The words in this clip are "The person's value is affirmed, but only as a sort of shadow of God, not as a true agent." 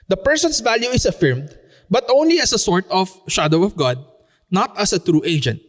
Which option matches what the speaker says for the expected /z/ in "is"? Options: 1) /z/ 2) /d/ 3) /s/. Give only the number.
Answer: 3